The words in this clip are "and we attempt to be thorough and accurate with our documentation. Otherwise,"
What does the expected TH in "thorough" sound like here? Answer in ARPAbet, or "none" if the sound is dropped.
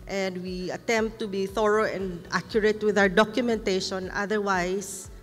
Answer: TH